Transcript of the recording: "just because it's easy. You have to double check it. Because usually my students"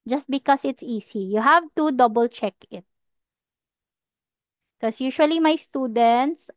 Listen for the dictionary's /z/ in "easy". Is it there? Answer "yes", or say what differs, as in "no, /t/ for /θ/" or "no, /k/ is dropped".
no, /s/ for /z/